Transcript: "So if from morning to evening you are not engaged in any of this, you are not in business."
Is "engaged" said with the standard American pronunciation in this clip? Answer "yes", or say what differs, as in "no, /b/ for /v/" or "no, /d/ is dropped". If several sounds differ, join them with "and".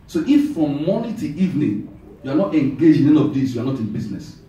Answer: no, /d/ is dropped